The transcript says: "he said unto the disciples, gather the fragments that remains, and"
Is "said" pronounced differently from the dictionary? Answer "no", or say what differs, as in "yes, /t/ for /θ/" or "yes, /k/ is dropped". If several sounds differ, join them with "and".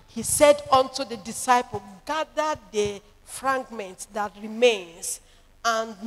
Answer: no